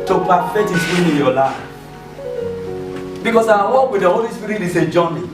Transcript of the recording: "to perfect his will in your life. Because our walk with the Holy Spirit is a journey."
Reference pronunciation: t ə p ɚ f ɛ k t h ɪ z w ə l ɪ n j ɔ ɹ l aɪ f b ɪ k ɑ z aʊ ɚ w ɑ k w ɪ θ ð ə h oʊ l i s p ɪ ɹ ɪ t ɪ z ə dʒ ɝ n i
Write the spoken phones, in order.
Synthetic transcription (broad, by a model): t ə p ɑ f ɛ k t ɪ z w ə n ɪ n j ɔ l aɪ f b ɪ k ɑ s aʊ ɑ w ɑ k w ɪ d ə h oʊ l i s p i ɹ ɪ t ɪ s ə dʒ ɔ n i